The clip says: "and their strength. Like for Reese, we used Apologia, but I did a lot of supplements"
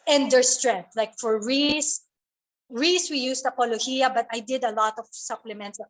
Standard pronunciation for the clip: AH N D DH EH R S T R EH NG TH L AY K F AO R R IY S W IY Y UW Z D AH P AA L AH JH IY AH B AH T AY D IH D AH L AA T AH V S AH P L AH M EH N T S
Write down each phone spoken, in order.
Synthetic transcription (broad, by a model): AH N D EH R S T R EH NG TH L AY K F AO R R IY S W IY Y UW S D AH P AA L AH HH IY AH B AH T AY D IH D AH L AA T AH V S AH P L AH M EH N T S